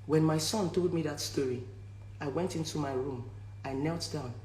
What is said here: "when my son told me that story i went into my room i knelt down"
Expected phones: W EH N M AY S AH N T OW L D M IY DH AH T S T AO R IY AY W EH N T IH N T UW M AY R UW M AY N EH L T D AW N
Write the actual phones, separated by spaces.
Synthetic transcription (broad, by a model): W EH N M AY S AH N T OW L D M IY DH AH T S T AO R IY AY W EH N T IH N T UW M AY R UW M AY N EH L T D AW N